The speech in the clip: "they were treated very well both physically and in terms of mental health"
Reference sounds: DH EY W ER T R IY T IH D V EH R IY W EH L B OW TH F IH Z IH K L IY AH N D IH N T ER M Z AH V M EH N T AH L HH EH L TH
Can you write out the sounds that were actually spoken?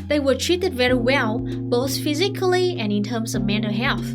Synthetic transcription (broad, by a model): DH EY W ER T R IY T IH D V EH R IY W EH L B OW TH F IH Z IH K L IY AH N IH N T ER M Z AH V M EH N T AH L HH EH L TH